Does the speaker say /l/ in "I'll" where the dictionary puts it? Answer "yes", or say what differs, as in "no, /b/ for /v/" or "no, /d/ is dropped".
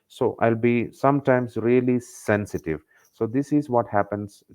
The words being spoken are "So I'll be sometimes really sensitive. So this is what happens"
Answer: yes